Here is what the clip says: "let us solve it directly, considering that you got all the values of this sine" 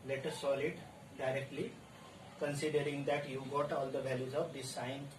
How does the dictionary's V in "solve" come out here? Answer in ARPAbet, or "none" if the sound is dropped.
none